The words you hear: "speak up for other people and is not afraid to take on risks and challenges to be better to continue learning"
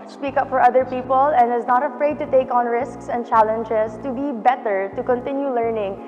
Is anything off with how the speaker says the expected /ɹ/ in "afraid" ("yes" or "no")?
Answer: no